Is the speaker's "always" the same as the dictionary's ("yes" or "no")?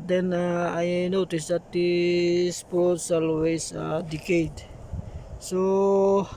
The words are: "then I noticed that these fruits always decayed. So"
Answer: no